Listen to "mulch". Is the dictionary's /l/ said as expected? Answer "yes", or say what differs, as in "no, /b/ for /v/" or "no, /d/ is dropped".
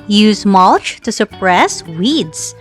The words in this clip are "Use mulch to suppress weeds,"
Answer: yes